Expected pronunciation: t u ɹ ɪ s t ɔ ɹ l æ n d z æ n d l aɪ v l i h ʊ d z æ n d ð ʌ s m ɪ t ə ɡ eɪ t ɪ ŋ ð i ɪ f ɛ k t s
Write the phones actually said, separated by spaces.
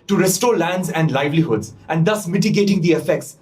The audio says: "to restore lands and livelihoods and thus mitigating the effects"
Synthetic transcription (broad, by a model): t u ɹ ɪ s t ɔ ɹ l æ n d z æ n d l aɪ v l i h ʊ d z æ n d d ʌ s m ɪ t ə ɡ eɪ t ɪ ŋ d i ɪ f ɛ k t s